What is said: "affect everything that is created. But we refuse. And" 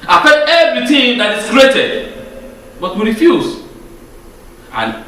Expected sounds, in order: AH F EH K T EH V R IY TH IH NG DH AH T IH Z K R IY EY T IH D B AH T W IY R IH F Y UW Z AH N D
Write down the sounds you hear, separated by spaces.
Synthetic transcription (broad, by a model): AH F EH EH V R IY T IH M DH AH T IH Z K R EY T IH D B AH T W IY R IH F Y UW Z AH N